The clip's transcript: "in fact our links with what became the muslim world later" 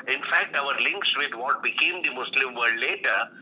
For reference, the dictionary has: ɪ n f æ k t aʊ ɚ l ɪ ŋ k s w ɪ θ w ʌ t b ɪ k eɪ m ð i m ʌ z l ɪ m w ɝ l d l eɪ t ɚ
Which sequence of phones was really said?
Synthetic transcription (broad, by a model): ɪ n f æ k t aʊ ɚ l ɪ ŋ k s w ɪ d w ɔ t b ɪ k eɪ m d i m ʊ s l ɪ m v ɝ d l eɪ t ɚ